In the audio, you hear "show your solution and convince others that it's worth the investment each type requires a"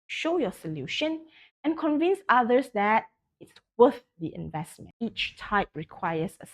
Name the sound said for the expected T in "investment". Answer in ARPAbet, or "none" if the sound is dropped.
none